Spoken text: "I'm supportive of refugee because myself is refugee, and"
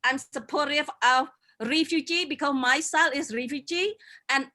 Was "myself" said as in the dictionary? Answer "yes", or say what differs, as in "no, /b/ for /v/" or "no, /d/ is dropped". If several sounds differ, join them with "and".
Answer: no, /f/ is dropped